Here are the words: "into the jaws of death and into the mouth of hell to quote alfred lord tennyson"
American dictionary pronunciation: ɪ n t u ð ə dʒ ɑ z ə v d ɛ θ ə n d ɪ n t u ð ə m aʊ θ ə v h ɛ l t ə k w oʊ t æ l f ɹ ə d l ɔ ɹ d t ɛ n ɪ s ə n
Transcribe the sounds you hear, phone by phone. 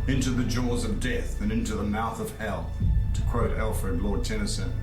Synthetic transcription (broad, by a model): ɪ n t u ð ə dʒ ɑ z ə v d ɛ θ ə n ɪ n t u ð ə m aʊ θ ə v h ɛ l t ə k w oʊ t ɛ l f ɹ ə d l ɔ ɹ d t ɛ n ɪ s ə n